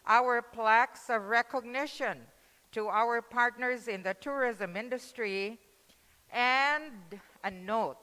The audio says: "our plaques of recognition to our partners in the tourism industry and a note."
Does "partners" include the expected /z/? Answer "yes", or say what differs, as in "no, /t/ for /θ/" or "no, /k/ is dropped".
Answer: yes